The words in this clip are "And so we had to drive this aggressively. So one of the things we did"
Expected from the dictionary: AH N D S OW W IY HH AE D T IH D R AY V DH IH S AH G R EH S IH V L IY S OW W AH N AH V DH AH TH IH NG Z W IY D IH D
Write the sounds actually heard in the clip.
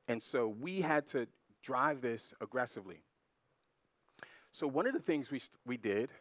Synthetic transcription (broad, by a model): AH N S OW W IY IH D T IH D R AY V DH IH S AH G R EH S IH V L IY S OW W AH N AH V DH AH TH IH NG Z W IY D IH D